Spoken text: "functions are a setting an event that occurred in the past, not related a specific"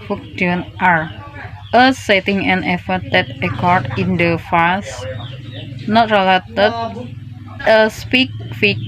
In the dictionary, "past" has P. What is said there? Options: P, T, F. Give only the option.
F